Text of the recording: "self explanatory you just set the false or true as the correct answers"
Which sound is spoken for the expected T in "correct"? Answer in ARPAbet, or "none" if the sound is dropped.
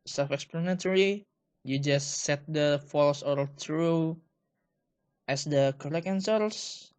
none